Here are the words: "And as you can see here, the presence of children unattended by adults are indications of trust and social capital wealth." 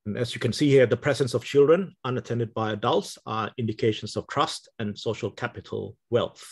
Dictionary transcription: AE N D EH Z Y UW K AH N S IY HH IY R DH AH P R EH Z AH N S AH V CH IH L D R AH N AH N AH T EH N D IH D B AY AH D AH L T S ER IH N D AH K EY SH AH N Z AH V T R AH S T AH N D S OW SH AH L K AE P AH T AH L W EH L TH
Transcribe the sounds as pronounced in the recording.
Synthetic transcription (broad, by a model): N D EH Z Y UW K AH N S IY HH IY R DH AH P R EH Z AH N S AH V CH IH L D R AH N AH N AH T EH N D IH D B AY AH D AH L T S ER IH N D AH K EY SH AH N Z AH V T R AH S T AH N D S OW SH AH L K AE P AH T AH L W EH L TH